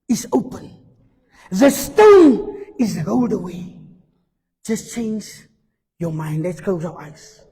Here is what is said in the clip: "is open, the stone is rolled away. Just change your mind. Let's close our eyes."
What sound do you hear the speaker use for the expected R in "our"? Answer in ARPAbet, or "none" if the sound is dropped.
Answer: W